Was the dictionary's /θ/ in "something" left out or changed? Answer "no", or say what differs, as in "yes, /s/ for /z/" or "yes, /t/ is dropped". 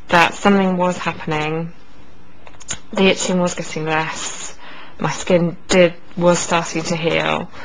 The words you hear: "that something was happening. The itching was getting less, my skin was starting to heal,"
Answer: no